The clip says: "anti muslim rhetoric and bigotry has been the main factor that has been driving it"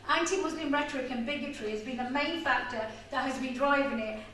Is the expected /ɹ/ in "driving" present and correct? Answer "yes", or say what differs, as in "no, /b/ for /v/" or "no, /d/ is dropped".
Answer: yes